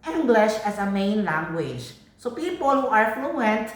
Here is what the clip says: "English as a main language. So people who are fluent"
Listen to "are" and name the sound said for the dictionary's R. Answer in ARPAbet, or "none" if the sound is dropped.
R